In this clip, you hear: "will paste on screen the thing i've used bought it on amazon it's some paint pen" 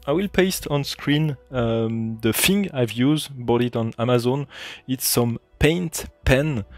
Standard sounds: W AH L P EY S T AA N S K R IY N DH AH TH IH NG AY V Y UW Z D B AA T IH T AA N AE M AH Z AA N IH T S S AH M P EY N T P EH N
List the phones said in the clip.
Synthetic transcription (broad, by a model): W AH L P EY S T AA N S K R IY N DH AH F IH NG AY V Y UW Z D B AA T IH T AA N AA M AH Z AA N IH T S S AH M P EY N T P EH N